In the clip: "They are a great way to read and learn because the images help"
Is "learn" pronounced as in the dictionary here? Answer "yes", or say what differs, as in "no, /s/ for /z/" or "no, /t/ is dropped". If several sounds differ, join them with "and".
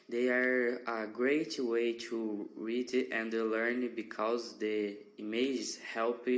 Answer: yes